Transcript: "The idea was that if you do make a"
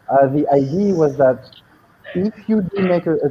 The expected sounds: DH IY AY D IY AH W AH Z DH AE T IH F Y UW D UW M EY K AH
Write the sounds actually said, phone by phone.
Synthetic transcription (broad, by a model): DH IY AY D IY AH W AH Z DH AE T IH F Y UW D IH M EY K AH